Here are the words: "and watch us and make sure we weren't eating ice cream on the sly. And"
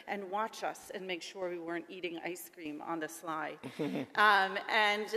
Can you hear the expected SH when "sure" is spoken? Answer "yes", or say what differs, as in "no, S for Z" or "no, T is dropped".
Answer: yes